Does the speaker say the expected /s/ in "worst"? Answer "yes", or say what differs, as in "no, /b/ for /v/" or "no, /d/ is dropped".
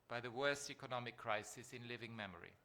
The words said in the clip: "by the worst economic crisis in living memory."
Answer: yes